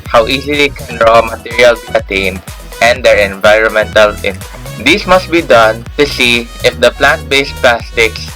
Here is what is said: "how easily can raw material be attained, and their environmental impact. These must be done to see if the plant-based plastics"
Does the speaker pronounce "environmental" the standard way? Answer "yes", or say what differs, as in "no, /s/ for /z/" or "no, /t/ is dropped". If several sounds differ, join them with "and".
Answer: yes